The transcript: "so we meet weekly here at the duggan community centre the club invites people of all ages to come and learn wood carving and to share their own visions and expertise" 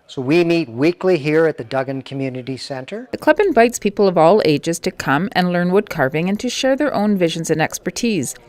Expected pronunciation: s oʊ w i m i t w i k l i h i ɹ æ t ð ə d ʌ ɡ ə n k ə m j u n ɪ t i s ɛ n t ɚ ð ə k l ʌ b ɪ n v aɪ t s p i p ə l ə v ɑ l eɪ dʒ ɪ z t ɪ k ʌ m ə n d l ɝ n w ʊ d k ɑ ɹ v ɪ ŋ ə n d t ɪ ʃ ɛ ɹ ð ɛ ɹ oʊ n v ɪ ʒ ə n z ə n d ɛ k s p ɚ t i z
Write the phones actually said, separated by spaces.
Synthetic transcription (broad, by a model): s oʊ w i m i t w i k l i h i ɹ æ t ð ə d ʌ ɡ ə n k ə m j u n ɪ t i s ɛ n t ɚ ð ə k l ʌ b ɪ n v aɪ t s p i p l ə v ɑ l eɪ dʒ ɪ z t ɪ k ʌ m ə n l ɝ n w ʊ d k ɑ ɹ v ɪ ŋ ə n t ɪ ʃ ɛ ɹ ð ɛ ɹ oʊ n v ɪ ʒ ə n z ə n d ɛ k s p ɚ t i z